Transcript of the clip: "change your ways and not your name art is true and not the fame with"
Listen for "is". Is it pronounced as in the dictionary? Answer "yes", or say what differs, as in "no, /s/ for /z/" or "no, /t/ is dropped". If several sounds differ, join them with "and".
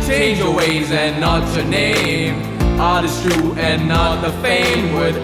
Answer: no, /s/ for /z/